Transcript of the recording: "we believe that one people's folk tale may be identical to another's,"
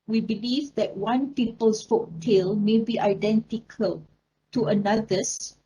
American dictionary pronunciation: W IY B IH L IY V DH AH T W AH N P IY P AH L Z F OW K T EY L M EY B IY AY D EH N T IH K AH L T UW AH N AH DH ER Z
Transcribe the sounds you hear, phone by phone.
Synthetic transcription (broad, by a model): W IY B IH L IY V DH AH T W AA N P IY P AH L S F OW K T EY L M EY B IY AY D EH N T IH K AH L T UW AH N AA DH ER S